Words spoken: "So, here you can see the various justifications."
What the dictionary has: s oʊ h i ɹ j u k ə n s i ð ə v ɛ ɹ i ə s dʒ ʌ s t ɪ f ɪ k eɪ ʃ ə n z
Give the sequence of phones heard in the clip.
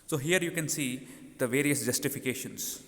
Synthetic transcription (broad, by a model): s oʊ h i ɹ j u k ə n s i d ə v ɛ ɹ i ə s dʒ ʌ s t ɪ f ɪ k eɪ ʃ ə n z